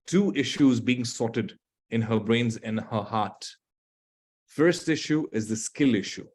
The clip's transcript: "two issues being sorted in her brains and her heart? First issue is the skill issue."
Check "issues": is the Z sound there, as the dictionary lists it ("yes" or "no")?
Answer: yes